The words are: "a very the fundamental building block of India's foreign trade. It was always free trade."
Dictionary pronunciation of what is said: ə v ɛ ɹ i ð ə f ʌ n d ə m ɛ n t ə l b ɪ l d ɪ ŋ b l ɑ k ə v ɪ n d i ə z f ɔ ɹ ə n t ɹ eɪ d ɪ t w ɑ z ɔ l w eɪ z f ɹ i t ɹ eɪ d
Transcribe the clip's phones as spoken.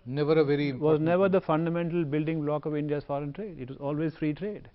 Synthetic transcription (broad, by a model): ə v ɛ ɹ i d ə f ʌ n d ə m ɛ n t ə l b ɪ l d ɪ ŋ b l ɑ k ə v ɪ n d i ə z f ɔ ɹ ə n t ɹ eɪ d ɪ t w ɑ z ɔ l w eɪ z f ɹ i t ɹ eɪ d